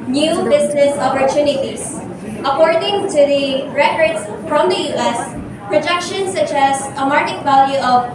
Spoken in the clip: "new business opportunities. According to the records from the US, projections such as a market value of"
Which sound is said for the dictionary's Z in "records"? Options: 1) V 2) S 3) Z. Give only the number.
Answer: 2